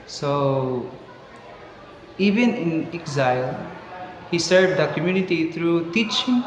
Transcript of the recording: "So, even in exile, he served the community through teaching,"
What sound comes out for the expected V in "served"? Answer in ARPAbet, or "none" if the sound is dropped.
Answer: none